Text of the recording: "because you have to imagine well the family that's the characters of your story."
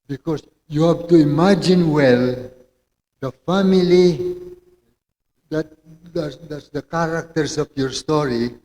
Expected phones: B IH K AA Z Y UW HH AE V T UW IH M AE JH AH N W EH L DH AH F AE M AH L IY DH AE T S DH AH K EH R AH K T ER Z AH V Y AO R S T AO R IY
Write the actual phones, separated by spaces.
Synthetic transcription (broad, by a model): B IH K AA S Y UW HH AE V T UW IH M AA JH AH N W EH L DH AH F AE M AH L IY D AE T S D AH K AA R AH K T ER S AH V Y AO R S T AO R IY